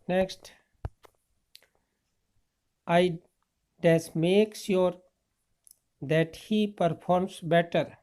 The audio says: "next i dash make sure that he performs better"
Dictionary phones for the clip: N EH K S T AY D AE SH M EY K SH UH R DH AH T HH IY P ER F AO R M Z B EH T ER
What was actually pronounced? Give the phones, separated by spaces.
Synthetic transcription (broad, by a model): N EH K S T AY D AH S M EY K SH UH R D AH T HH IY P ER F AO R M S B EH T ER